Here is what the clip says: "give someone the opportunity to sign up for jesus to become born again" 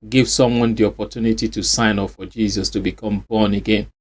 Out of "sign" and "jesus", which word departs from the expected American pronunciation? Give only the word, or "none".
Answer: none